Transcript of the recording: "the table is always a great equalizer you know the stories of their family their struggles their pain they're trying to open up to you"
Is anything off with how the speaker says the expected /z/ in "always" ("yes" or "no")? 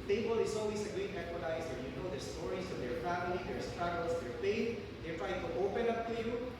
yes